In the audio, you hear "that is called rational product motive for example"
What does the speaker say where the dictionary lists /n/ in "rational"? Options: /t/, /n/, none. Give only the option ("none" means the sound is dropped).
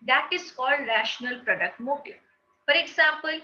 /n/